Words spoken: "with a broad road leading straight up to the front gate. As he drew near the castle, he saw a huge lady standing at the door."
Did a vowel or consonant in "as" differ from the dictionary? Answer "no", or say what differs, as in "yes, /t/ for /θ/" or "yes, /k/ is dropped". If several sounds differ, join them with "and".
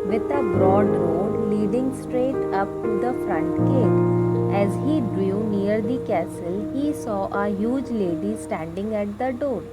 no